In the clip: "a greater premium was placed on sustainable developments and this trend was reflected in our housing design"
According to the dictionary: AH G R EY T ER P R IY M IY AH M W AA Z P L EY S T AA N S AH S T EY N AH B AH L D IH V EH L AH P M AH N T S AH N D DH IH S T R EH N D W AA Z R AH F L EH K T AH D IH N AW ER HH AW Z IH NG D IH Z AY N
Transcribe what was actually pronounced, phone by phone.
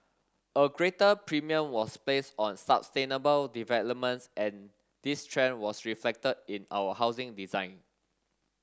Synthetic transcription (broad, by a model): AH G R EY T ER P R IY M IY AH M W AA S P L EY S AA N S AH S T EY N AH B AH L D IH V EH L AH P M AH N T S AH N D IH S T R EH N W AA S R AH F L EH K T AH D IH N AW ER HH AW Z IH NG D IH Z AY N